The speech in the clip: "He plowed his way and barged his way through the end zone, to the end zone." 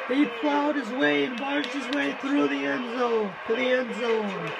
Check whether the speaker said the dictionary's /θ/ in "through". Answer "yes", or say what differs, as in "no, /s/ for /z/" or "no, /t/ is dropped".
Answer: yes